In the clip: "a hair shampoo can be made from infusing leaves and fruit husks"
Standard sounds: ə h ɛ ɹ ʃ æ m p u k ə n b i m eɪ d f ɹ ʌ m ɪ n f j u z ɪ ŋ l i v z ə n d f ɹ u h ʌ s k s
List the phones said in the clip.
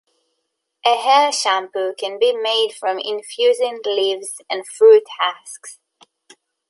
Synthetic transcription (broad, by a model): ə h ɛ l ʃ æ m p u k ə n b i m eɪ d f ɹ ʌ m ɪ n f j u z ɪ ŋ l i v z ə n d f ɹ u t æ s k s